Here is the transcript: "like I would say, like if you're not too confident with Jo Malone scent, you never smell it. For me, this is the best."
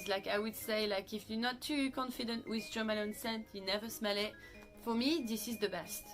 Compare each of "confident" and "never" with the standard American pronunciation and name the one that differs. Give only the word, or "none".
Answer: none